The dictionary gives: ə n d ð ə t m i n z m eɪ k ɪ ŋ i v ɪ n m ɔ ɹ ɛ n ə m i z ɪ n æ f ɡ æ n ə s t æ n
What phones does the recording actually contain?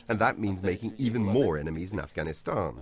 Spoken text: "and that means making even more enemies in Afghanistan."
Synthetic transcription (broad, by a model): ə n ð ə t m i n z m eɪ k ɪ ŋ i v ɪ n m ɔ ɹ ɛ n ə m i z ɪ n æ f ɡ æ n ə s t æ n